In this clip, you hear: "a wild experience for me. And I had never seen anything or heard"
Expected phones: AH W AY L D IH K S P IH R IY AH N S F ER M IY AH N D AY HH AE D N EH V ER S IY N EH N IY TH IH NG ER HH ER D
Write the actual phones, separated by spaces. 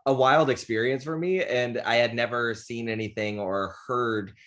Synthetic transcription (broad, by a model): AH W AY L D IH K S P IH R IY AH N S F ER M IY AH N AY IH D N EH V ER S IY N EH N IY TH IH NG ER HH ER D